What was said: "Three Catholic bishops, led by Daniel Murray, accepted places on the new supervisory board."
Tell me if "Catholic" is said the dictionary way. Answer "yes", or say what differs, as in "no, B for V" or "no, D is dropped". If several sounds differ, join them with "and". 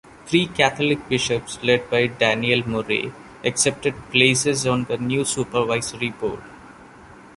no, T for TH